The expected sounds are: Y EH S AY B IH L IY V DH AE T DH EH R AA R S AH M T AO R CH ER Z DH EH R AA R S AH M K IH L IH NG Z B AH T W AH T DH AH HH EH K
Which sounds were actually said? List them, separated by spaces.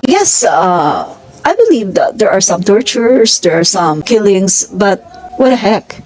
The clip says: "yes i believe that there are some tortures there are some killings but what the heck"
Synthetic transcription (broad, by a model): Y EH S AY B IH L IY V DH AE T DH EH R AA R S AH M T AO R CH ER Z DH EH R AA R S AH M K IH L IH NG S B AH T W AH T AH HH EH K